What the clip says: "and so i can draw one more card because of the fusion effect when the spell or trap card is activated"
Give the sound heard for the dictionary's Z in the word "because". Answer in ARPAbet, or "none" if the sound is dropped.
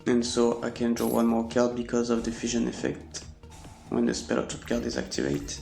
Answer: Z